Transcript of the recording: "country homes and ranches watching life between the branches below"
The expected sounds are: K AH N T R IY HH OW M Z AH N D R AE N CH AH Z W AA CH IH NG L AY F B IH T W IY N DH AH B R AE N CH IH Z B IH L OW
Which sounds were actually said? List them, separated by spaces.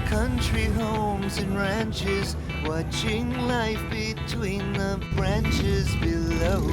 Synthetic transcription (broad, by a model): K AH N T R IY HH OW M Z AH N R AE N CH AH Z W AA CH IH NG L AY F B IH T W IY N DH AH B R AE N CH IH Z B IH L OW